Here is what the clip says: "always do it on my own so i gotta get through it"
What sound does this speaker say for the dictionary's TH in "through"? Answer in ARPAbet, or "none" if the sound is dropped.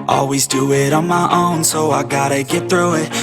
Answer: TH